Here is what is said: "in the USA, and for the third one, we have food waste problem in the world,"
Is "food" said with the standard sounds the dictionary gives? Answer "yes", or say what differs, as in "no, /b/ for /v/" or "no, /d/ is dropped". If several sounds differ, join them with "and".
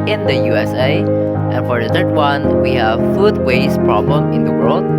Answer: yes